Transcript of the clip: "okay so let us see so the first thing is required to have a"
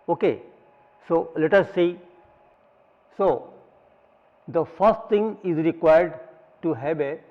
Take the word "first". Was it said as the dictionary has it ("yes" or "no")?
yes